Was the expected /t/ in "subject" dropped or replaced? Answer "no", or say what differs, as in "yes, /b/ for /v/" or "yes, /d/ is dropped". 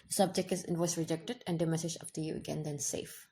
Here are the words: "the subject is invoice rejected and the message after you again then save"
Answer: no